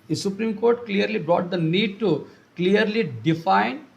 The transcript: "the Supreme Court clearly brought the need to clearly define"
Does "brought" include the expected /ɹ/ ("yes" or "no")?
yes